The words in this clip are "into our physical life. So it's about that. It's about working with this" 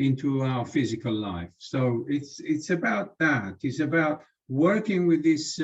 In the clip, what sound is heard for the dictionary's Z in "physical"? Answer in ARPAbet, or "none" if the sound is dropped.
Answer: Z